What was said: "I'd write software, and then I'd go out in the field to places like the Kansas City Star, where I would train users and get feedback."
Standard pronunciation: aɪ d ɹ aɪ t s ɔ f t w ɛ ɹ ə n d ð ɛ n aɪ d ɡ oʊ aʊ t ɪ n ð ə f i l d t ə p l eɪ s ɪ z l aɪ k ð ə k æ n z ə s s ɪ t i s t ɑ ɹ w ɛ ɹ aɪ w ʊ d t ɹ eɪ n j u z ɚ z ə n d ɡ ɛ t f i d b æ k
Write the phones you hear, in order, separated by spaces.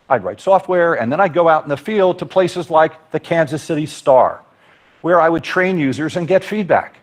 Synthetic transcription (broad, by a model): aɪ d ɹ aɪ t s ɔ f t w ɛ ɹ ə n ð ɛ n aɪ d ɡ oʊ aʊ t n ð ə f i l d t ə p l eɪ s ɪ z l aɪ k ð ə k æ n z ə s s ɪ t i s t ɑ ɹ w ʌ ɹ aɪ w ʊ d t ɹ eɪ n j u z ɚ z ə n ɡ ɛ t f i d b æ k